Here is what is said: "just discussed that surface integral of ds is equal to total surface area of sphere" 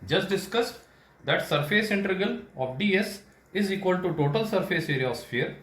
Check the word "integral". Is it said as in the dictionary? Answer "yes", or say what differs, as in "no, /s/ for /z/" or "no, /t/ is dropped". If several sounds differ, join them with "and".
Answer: no, /ɹ/ is dropped